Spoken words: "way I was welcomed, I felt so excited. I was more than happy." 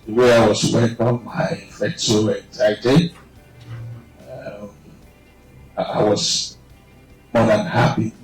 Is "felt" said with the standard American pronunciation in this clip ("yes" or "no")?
no